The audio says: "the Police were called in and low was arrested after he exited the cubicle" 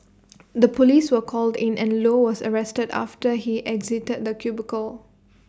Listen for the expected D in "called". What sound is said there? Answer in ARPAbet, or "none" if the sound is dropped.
D